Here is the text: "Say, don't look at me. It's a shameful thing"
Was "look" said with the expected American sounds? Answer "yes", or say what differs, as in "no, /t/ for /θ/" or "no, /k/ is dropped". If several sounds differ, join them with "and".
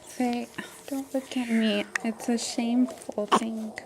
no, /w/ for /l/